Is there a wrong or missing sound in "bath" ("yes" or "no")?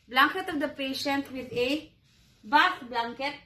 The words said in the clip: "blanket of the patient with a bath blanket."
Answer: yes